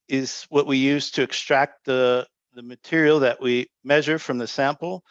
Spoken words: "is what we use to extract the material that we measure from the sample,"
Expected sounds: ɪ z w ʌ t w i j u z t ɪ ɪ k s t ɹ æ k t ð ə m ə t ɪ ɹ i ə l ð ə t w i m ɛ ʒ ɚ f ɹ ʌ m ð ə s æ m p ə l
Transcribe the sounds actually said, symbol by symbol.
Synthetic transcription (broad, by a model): ɪ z w ʌ t w i j u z t ɪ ɪ k s t ɹ æ k t ð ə m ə t ɪ ɹ i l ð ə t w i m ɛ ʒ ɚ f ɹ ʌ m ð ə s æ m p l